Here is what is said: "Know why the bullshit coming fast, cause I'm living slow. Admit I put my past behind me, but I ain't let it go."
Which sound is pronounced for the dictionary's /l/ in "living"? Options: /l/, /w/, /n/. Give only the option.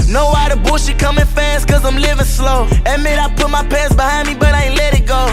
/l/